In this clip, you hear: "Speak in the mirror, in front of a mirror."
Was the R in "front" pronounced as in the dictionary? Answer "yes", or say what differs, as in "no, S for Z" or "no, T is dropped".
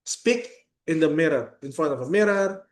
no, R is dropped